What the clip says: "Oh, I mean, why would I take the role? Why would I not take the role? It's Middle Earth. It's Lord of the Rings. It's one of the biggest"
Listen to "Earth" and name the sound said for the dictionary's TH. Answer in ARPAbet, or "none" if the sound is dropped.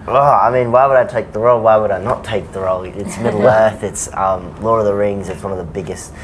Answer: TH